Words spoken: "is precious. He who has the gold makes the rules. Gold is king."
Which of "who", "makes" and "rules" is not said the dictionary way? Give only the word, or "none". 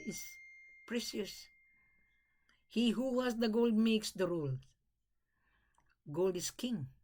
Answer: rules